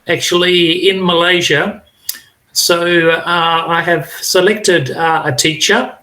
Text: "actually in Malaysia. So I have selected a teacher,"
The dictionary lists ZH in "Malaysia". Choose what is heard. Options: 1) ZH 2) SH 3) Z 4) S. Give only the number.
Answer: 1